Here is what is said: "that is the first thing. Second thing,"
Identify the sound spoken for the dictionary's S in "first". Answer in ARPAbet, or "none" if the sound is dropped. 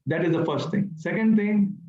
S